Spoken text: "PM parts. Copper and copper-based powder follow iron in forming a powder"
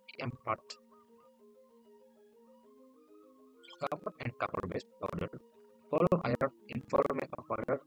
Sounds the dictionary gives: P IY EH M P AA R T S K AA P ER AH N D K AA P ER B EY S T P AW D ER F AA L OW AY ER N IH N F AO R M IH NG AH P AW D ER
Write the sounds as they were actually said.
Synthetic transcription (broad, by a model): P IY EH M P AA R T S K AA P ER AH N D K AA P ER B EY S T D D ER F AA L OW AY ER IH N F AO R M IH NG AH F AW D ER